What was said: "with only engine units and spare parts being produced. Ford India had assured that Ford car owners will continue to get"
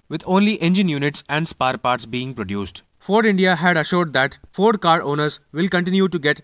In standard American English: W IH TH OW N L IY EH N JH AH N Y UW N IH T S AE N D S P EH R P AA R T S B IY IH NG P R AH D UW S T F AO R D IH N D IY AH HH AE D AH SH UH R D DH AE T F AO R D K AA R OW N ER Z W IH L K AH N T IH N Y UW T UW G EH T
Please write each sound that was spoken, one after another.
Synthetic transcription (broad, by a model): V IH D OW N L IY EH N JH AH N Y UW N IH T S AE N D S P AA R P AA R T S B IY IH NG P R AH D UW S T F AO R D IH N D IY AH HH AE D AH SH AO R D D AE T F AO R D K AA R OW N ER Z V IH L K AH N T IH N Y UW T UW G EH T